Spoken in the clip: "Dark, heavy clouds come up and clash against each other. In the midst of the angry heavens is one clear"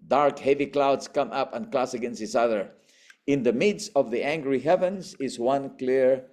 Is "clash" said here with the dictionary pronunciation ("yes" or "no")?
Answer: no